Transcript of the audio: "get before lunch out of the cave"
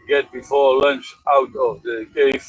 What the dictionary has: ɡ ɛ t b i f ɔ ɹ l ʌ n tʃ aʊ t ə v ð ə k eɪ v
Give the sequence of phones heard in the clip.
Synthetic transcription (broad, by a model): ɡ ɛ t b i f ɔ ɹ l ʌ n tʃ aʊ t ə v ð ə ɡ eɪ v